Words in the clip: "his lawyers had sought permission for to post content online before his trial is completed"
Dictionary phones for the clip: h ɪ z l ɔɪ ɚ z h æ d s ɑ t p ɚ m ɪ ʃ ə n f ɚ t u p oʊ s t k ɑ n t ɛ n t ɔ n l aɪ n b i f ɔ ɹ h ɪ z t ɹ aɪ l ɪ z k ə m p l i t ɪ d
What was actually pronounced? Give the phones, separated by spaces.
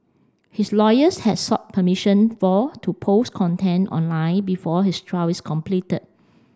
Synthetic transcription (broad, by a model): h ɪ s l ɔɪ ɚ s h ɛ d s ɑ t p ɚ m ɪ ʃ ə n f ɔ t u p oʊ s k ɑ n t ɛ n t ɔ n l aɪ n b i f ɔ h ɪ s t ɹ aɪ w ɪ s k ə m p l i t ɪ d